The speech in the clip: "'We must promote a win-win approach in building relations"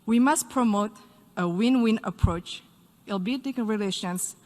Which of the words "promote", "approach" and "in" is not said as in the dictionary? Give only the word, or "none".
in